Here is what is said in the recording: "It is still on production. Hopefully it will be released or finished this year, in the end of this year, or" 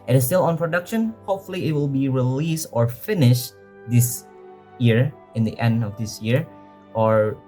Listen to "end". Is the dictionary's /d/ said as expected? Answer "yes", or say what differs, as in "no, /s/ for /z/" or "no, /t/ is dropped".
yes